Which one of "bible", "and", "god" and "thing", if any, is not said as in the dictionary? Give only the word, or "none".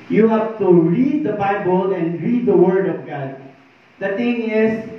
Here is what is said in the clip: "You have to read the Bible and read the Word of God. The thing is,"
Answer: thing